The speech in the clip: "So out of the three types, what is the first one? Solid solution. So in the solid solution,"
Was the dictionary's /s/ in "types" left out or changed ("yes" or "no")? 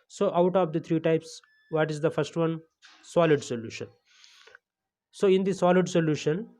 no